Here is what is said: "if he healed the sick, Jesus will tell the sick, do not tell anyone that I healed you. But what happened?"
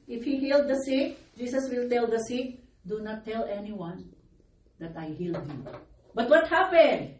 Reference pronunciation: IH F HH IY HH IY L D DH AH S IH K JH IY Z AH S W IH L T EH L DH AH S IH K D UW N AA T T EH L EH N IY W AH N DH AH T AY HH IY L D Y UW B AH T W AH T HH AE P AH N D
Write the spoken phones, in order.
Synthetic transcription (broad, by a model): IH F HH IY HH IY L D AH S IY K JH IY S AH S W IH L T EH L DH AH S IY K D UW N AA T T EH L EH N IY W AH N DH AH T AY HH IY L D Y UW B AH T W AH T HH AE P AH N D